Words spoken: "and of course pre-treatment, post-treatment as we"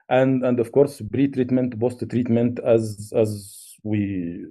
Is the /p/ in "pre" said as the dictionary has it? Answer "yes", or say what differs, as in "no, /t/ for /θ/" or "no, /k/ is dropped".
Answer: no, /b/ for /p/